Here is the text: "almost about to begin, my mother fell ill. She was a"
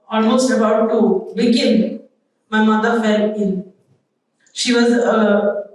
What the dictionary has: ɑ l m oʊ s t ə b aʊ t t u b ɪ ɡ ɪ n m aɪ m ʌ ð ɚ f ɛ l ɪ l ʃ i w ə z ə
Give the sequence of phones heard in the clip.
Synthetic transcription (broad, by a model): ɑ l m oʊ s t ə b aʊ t t u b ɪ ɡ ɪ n m aɪ m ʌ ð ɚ f ɛ l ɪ n ʃ i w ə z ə